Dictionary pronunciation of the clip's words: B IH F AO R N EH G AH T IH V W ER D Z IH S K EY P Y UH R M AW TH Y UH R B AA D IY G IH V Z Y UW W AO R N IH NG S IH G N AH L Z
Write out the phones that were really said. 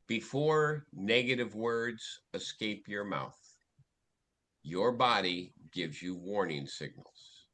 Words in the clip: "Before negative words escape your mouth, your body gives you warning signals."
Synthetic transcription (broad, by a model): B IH F AO R N EH G AH T IH V W ER D Z IH S K EY P Y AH R M AW TH Y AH R B AA D IY G IH V Z Y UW W AO R N IH NG S IH G N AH L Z